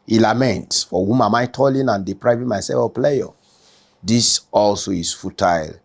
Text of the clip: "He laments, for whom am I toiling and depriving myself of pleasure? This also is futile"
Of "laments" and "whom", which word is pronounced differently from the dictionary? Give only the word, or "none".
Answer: none